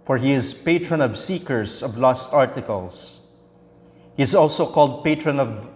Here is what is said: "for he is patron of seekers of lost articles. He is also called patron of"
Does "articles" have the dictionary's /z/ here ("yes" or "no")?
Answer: no